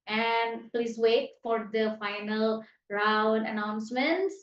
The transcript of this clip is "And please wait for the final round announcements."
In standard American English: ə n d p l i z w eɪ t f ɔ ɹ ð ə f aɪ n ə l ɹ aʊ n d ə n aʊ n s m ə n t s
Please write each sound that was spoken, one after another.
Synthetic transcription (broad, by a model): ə n d p l i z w eɪ t f ɔ ɹ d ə f aɪ n ə l ɹ aʊ n d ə n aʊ n s m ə n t s